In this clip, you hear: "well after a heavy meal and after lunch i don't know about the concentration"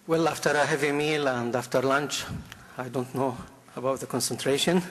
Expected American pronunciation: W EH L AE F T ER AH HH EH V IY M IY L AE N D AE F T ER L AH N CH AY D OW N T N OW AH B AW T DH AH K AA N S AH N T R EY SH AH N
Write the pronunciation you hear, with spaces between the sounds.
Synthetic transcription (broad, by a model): W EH L AE F T ER AH HH EH V IY M IY L AE N D AE F T ER L AH N CH AY D OW N T N OW AH B AW T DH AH K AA N S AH N T R EY SH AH N